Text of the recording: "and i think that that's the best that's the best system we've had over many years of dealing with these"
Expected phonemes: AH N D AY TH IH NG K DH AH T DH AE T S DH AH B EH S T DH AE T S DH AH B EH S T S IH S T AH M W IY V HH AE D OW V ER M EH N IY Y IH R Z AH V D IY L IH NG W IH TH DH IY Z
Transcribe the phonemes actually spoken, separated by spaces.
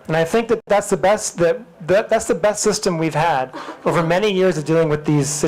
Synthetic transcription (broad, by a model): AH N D AY TH IH NG K DH AH T DH AE T S DH AH B EH S T DH AE T S DH AH B EH S T S IH S T AH M W IY V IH D OW V ER M EH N IY Y IH R Z AH V D IY L IH NG W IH DH IY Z